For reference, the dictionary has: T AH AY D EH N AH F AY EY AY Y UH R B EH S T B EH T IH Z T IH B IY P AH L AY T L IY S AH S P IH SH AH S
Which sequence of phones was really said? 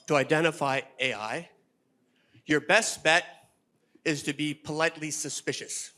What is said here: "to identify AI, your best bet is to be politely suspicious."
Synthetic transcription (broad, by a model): T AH AY D EH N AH F AY EY AY Y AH R B EH S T B EH T IH Z T IH B IY P AH L AY T L IY S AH S P IH SH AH S